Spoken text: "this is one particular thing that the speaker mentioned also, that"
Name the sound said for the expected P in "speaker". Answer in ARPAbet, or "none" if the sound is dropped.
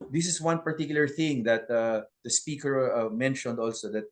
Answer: P